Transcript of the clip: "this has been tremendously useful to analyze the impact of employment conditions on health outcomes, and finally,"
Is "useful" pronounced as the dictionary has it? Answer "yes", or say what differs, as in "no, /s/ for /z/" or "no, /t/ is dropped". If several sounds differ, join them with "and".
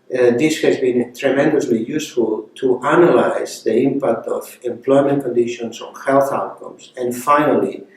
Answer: yes